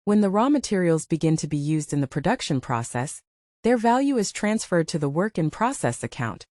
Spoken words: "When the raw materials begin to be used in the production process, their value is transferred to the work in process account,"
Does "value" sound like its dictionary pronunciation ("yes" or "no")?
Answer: yes